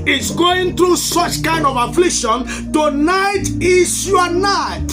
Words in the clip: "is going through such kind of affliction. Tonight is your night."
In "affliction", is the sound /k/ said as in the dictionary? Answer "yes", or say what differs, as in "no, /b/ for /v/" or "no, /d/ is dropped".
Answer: yes